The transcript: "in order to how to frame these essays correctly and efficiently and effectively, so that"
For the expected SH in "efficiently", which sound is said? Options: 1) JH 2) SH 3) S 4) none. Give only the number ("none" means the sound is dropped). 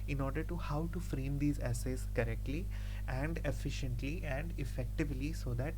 2